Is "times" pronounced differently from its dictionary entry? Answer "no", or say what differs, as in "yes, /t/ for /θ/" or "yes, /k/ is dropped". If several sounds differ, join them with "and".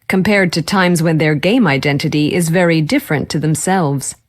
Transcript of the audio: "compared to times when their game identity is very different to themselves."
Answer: no